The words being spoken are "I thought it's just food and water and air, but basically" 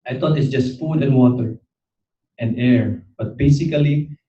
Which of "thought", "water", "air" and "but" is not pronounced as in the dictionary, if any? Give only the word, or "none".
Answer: thought